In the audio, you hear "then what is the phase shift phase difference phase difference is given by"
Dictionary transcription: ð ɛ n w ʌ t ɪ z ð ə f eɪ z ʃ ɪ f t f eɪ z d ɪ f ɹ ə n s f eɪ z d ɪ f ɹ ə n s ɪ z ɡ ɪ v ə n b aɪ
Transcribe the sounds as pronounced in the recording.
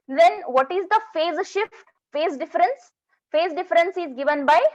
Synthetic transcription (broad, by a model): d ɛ n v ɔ t ɪ z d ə f eɪ z ʃ ɪ f t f eɪ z d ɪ f ɹ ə n s f eɪ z d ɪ f ɹ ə n s ɪ z ɡ ɪ v ə n b aɪ